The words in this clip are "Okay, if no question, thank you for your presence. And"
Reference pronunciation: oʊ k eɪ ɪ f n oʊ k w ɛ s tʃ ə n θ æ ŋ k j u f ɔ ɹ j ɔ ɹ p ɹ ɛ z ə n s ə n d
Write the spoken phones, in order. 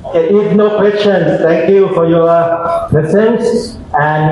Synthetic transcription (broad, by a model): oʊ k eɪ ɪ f n oʊ k w ɛ s tʃ ə n s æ ŋ k j u f ɔ ɹ j ɔ ɹ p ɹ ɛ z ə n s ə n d